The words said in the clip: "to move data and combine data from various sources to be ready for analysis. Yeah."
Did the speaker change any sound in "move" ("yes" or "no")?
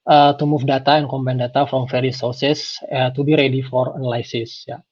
yes